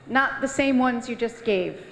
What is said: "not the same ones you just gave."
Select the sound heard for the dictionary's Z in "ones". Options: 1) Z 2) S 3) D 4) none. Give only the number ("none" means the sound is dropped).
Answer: 1